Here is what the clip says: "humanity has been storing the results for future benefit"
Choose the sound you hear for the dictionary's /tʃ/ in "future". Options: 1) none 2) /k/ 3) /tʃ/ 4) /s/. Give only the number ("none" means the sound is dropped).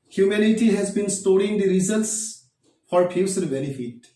4